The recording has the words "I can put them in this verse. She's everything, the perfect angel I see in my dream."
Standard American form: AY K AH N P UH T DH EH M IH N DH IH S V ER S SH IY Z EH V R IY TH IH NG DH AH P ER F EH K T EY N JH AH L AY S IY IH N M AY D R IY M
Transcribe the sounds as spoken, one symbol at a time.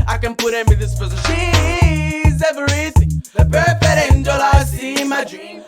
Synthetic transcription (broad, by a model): AY K AH N P UH T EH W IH DH IH S P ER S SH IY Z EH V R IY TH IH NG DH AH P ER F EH T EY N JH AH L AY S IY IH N M AY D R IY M